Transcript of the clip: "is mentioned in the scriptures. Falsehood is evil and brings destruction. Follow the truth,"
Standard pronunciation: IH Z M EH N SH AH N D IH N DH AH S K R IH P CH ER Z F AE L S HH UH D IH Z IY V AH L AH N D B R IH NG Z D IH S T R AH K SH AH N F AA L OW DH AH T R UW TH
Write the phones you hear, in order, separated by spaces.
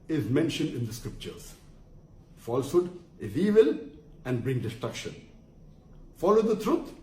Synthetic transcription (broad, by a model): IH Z M EH N SH AH N D IH N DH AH S K R IH P CH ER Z F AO L S HH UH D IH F IY V AH L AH N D B R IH NG D IH S T R AH K SH AH N F AA L OW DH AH T R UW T